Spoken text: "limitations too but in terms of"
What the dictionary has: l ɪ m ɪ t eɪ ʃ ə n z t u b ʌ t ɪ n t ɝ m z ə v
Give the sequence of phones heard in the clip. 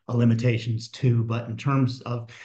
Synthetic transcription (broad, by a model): l ɪ m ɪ t eɪ ʃ n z t u b ʌ t ɪ n t ɝ m z ə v